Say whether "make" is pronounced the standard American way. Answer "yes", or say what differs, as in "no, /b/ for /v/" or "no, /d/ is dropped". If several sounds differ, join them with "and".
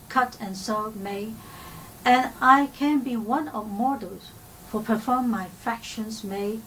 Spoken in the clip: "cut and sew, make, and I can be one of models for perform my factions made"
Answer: no, /k/ is dropped